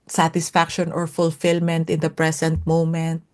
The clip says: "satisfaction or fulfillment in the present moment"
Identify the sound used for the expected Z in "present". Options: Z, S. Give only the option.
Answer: S